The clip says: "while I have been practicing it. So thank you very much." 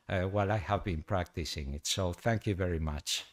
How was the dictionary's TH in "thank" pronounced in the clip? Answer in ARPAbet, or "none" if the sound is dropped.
TH